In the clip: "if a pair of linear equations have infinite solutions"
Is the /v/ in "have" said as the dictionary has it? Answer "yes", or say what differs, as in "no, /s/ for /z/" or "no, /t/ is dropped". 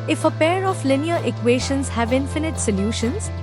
yes